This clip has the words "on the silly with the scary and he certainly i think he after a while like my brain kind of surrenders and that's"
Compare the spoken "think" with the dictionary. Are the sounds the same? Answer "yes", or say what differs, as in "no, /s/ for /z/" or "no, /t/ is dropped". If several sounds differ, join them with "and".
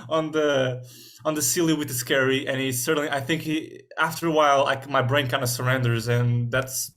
yes